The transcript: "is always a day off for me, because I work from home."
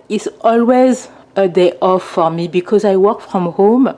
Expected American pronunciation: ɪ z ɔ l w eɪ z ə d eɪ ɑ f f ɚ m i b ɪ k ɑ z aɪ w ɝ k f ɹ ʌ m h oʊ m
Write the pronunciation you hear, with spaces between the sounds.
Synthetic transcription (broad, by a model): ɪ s ɔ l w eɪ z ə d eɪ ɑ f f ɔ m i b ɪ k ɑ z aɪ w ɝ k f ɹ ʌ m h oʊ m